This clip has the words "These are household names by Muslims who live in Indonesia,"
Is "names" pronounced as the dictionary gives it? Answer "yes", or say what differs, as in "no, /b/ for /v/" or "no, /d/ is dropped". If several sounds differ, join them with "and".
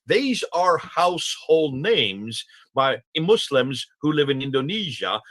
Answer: yes